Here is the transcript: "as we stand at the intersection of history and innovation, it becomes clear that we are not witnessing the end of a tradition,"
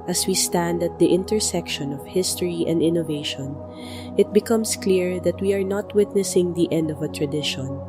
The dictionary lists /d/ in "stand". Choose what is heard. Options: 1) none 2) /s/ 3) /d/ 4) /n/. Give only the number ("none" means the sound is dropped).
3